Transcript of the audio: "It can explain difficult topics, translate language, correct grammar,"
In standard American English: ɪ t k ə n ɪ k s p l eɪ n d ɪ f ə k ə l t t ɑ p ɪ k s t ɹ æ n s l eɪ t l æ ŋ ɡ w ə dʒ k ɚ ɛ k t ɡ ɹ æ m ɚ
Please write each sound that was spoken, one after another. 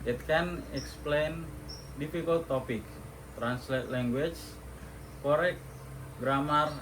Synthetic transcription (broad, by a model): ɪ t k ə n ɪ k s p l eɪ n d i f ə k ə l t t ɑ p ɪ k t ɹ æ n s l eɪ t l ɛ ŋ ɡ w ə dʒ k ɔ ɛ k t ɡ ɹ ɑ m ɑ